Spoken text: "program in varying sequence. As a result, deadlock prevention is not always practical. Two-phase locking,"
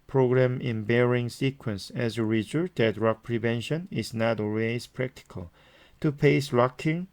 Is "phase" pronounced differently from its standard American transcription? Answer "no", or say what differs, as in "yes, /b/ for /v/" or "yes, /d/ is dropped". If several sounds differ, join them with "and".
yes, /p/ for /f/